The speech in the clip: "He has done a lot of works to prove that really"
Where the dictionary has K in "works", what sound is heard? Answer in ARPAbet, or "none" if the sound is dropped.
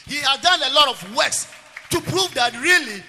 none